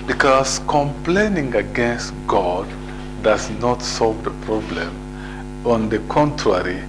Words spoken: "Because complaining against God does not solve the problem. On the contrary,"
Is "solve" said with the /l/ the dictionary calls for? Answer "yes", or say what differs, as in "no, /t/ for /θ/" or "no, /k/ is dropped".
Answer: yes